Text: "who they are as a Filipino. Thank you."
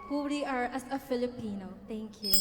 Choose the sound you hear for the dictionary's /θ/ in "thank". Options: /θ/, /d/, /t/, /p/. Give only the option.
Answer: /t/